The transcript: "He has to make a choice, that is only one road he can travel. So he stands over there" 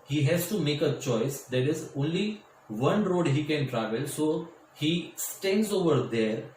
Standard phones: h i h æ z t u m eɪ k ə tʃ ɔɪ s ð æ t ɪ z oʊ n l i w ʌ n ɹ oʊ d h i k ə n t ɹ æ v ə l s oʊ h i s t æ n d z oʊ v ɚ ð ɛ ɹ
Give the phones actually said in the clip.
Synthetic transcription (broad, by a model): h i h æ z t u m eɪ k ə tʃ ɔɪ s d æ t ɪ z oʊ n l i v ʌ n ɹ oʊ d h i k ə n t ɹ æ v ə l s oʊ h i s t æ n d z oʊ v ɚ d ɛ ɹ